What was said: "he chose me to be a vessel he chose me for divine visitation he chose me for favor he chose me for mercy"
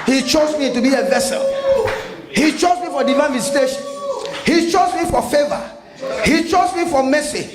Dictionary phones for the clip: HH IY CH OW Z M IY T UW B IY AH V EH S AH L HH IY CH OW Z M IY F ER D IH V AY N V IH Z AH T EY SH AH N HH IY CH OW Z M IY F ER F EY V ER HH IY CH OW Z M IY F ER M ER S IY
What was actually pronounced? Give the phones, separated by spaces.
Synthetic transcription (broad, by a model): HH IY CH OW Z M IY T UW B IY AH V EH S AH L HH IY CH OW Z M IY F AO D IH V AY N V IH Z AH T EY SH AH N HH IY CH OW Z M IY F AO F EY V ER HH IY CH OW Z M IY F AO M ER S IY